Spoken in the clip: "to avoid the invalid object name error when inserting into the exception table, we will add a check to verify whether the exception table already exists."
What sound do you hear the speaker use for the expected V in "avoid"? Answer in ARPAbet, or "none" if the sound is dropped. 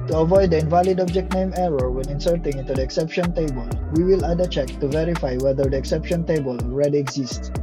V